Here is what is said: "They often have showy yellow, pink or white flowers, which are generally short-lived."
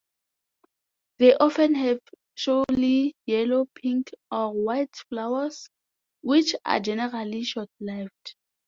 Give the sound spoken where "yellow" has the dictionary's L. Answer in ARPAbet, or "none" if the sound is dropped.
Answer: L